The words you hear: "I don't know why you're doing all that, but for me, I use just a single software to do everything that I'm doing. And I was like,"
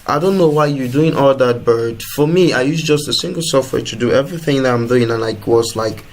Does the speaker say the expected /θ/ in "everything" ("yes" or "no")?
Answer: yes